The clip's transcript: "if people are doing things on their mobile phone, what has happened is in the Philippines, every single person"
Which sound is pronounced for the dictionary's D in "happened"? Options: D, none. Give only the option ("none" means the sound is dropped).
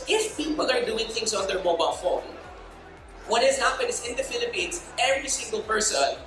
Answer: none